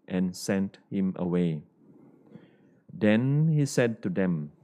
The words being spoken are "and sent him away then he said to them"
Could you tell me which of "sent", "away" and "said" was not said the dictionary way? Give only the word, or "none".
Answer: none